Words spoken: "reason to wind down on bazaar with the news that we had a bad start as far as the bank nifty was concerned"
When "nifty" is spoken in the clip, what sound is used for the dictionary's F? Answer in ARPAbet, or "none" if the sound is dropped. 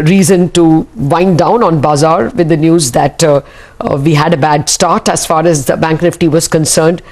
F